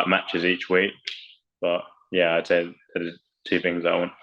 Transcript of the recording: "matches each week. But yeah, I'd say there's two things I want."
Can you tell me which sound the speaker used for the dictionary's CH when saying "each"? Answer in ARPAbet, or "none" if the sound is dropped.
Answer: CH